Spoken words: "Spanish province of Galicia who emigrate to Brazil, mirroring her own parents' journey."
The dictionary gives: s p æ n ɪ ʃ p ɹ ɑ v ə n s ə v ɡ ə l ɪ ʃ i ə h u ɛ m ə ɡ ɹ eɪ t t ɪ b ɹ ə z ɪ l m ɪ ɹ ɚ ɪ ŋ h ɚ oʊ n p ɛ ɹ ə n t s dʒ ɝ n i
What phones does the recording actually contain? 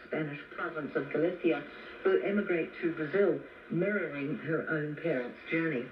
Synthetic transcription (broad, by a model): s p æ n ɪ ʃ p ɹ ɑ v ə n s ə v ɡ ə l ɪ s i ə h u ɛ m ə ɡ ɹ eɪ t t ɪ b ɹ ə z ɪ l m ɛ ɹ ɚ ɪ ŋ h ɚ oʊ n p ɛ ɹ ə n t s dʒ ɝ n i